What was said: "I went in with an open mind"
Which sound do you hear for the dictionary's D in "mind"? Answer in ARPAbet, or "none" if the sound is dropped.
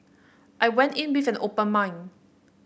none